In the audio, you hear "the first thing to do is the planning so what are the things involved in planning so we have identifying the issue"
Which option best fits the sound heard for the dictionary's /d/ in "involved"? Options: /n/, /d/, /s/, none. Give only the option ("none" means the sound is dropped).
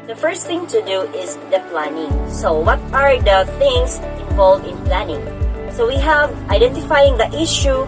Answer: none